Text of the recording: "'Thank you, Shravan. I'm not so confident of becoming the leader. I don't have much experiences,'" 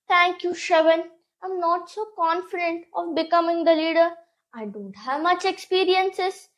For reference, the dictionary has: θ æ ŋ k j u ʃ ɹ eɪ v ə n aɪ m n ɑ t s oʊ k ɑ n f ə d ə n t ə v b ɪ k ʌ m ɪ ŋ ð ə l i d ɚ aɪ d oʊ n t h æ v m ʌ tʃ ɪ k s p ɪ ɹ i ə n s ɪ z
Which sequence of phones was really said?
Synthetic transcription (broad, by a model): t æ ŋ k j u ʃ eɪ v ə n aɪ m n ɑ t s oʊ k ɑ n f ə d ə n t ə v b ɪ k ʌ m ɪ ŋ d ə l i d ɚ aɪ d oʊ n t h æ v m ʌ tʃ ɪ k s p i ɹ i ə n s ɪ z